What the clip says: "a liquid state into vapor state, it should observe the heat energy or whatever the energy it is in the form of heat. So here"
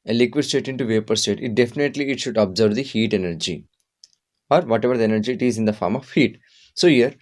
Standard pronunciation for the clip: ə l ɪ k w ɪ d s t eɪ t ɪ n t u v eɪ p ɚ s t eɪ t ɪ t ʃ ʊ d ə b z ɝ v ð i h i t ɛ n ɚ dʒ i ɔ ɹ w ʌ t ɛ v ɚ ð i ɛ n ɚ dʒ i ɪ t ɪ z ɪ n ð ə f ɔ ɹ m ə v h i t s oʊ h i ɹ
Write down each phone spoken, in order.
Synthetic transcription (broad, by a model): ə l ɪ k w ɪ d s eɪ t ɪ n t u v eɪ p ɚ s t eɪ t ɪ t ʃ ʊ d ə b z ɝ v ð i h i t ɛ n ɚ dʒ i ɔ ɹ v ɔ t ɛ v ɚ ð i ɛ n ɚ dʒ i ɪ t ɪ z ɪ n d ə f ɔ ɹ m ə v h i t s oʊ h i ɹ